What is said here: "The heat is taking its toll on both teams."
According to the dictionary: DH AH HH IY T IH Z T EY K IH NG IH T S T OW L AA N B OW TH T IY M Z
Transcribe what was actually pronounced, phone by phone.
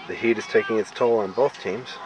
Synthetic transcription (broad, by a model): DH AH HH IY T IH Z T EY K IH NG IH T S T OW L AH N B OW TH T IY M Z